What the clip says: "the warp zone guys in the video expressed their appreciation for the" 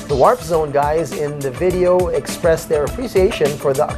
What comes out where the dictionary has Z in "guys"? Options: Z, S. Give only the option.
Z